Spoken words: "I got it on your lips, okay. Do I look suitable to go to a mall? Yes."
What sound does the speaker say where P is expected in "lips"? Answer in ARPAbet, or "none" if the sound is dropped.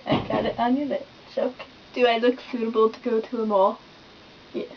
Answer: none